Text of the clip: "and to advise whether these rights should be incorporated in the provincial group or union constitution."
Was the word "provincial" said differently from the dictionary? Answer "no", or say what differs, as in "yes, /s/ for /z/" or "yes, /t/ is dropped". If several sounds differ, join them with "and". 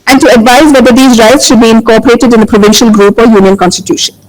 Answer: no